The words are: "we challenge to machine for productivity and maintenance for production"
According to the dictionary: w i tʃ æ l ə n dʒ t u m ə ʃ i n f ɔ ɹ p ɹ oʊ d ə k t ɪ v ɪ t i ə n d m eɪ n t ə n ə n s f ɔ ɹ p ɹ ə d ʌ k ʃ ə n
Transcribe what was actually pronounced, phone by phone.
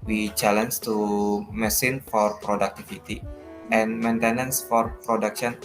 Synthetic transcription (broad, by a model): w i tʃ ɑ l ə n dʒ t u m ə s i n f ɔ ɹ p ɹ oʊ d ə k t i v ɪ t i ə n m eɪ n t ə n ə n s f ɔ ɹ p ɹ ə d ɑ k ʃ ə n